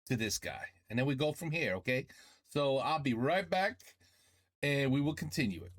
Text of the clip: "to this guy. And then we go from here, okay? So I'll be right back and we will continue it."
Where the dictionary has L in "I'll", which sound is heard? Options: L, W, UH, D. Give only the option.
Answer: L